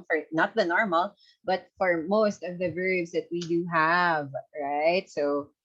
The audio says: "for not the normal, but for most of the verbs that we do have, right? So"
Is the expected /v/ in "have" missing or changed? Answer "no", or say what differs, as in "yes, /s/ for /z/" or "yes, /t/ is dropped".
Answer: no